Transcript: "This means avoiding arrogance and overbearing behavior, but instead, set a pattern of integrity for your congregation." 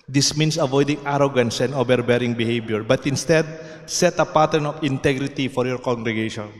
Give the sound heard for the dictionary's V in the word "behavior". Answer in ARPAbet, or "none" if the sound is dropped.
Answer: B